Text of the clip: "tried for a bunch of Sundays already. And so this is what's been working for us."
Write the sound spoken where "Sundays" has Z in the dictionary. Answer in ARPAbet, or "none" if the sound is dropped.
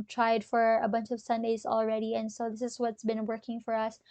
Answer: Z